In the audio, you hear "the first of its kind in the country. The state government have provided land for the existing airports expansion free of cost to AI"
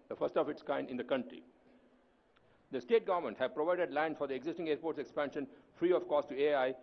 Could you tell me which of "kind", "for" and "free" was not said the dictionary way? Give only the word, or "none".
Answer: none